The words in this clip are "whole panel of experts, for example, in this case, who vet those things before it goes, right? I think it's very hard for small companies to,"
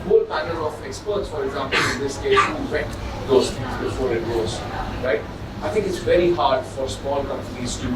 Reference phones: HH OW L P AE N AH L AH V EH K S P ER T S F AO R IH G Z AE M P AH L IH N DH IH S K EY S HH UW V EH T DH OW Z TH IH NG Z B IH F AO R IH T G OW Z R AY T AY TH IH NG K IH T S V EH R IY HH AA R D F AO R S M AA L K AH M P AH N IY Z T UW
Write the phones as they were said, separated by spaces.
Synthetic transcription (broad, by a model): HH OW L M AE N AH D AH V EH K S P ER T S F AO R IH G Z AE M P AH L IH N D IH S K EY S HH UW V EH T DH OW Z F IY Z B IH F AO R IH T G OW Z R AY T AY T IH NG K IH T S V EH R IY HH AA R D F AO R S M AA L K AH M P AH N IY Z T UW